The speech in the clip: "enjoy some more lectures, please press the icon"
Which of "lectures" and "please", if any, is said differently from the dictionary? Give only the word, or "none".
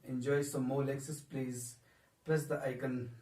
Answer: lectures